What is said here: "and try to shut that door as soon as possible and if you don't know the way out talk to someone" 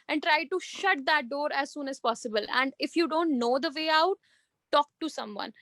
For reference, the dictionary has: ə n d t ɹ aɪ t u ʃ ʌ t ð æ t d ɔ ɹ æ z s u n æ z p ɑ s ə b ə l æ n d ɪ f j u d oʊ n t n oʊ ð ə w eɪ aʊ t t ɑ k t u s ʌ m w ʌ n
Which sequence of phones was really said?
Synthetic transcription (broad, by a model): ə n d t ɹ aɪ t u ʃ ʌ t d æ t d ɔ ɹ æ z s u n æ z p ɑ s ə b ə l æ n d ɪ f j u d oʊ n t n oʊ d ə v eɪ aʊ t t ɑ k t u s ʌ m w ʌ n